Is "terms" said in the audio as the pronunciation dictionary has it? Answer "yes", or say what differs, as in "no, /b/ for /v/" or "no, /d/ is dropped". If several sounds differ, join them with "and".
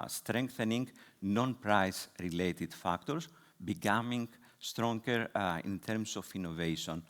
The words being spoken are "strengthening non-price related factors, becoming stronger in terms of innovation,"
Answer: no, /s/ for /z/